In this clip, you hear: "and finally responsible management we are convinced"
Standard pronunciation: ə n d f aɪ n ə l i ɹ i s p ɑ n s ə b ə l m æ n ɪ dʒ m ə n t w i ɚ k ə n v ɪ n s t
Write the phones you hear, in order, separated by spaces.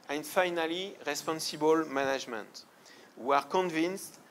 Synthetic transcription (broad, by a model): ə n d f aɪ n ə l i ɹ i s p ɑ n s ə b ə l m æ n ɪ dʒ m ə n t w i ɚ k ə n v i n s t